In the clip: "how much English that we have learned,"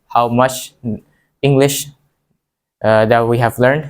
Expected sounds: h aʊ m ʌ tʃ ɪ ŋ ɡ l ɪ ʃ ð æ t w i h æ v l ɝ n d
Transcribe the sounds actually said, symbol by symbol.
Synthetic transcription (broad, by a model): h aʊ m ʌ tʃ ɪ ŋ ɡ l ɪ ʃ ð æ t w i h æ v l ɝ n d